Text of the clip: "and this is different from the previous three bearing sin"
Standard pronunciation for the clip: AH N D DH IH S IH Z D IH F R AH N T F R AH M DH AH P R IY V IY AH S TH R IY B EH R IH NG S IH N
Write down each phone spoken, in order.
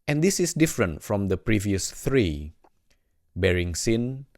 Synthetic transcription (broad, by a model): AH N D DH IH S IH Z D IH F R AH N T F R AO M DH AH P R IY V IY AH S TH R IY B EH R IH NG S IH N